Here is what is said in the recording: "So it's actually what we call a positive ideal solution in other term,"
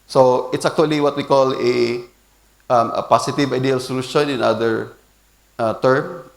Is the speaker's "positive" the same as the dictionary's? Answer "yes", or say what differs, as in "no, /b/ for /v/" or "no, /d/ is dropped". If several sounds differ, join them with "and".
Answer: no, /s/ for /z/